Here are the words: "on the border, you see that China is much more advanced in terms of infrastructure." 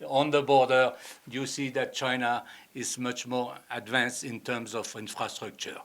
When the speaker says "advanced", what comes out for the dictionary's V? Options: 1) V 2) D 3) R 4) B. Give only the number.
1